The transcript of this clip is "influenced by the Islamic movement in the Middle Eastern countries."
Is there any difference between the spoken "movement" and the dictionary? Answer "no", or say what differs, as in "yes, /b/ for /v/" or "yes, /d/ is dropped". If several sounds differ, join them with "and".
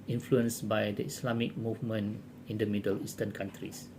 yes, /t/ is dropped